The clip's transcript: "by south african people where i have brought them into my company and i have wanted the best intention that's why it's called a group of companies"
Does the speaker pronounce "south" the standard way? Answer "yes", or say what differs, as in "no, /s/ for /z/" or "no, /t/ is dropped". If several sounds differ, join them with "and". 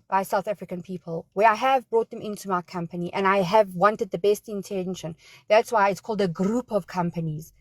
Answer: yes